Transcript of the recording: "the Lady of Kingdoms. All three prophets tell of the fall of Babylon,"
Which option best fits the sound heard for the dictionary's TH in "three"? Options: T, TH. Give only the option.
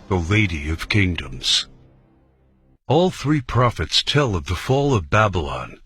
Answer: TH